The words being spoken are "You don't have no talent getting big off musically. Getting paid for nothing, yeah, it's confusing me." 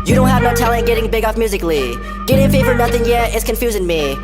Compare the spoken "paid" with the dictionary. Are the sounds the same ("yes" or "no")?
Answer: no